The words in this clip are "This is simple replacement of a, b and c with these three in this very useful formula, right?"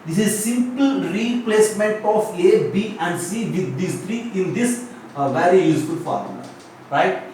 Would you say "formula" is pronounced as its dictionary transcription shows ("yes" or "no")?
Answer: no